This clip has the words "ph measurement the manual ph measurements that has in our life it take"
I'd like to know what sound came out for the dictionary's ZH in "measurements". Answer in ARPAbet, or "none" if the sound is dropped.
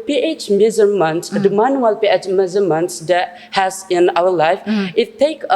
Z